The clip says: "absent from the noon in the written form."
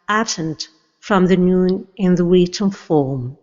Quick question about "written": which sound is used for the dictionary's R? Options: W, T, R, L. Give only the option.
W